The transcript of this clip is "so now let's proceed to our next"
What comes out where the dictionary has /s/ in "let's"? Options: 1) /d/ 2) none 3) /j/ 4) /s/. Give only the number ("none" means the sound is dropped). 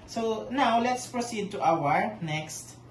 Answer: 4